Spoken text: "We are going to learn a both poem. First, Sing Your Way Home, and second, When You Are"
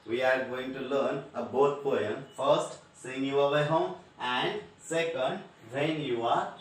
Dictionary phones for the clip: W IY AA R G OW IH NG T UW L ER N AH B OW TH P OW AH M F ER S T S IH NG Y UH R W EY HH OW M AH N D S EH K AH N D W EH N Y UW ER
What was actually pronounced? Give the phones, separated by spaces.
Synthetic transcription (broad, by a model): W IY AA R G OW IH NG T UW L ER N AH B OW T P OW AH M F ER S T S IH NG Y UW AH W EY HH OW M AH N D S EH K AH N D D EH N Y UW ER